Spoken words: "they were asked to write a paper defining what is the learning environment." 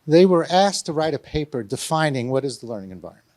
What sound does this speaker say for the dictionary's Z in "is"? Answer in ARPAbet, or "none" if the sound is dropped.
Z